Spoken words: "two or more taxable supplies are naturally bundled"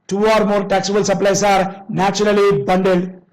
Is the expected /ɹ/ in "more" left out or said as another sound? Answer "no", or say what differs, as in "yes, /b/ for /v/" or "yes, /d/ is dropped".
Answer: no